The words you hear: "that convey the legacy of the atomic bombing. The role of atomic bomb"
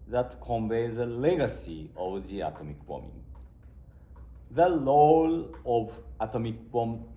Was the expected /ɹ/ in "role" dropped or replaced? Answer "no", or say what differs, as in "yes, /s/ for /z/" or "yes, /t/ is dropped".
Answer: yes, /l/ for /ɹ/